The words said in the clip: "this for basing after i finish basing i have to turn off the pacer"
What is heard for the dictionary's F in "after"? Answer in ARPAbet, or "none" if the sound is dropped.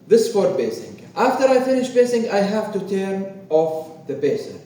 F